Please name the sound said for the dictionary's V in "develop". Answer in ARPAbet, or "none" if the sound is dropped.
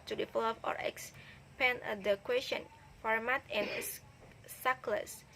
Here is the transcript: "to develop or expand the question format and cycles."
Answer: F